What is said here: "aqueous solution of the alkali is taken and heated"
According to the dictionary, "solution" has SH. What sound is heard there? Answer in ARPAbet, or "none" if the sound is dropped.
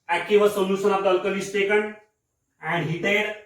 S